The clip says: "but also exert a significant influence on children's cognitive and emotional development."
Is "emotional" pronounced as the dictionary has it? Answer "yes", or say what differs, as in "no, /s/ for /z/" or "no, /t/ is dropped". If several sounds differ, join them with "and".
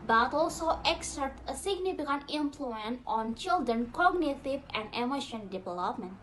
no, /n/ is dropped and /n/ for /l/